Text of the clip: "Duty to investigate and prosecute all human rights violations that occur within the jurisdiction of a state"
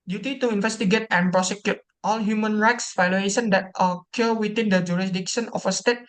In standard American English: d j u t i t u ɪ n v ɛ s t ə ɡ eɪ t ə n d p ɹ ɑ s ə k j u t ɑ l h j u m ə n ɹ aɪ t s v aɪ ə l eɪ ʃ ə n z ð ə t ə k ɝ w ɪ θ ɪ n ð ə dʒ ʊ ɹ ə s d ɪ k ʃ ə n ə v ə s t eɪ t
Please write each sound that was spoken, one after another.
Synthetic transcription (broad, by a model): d j u t i t u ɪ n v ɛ s t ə ɡ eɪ t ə n p ɹ ɑ s ə k j u t ɑ l h j u m ə n ɹ aɪ t s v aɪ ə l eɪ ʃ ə n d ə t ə k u w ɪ t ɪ n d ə dʒ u ɹ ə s d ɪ k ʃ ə n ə f ə s t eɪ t